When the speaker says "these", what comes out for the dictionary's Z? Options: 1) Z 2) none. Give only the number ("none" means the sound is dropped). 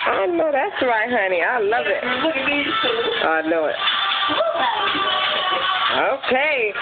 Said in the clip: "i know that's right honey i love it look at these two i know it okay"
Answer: 2